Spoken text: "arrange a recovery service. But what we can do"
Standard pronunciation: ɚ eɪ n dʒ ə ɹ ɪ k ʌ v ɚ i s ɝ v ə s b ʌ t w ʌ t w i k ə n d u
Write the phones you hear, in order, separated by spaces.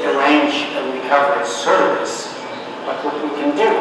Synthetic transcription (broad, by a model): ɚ eɪ n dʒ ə w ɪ ʌ v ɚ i s ɝ v ə s b ʌ t w ʌ t w i k ə n d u